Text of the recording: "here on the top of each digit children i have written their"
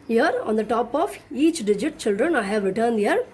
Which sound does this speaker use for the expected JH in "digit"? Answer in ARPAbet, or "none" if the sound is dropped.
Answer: JH